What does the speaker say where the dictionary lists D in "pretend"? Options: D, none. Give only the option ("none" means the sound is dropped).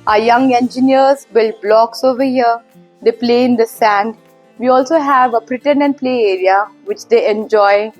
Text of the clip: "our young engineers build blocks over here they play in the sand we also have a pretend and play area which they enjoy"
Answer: none